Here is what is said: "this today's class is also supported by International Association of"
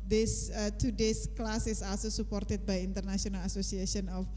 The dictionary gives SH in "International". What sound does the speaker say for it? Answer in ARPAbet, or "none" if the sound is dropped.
S